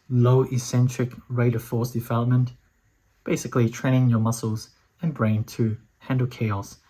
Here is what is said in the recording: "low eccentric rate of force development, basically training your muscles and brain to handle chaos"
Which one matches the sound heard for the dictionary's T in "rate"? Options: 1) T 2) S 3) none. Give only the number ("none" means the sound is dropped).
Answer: 1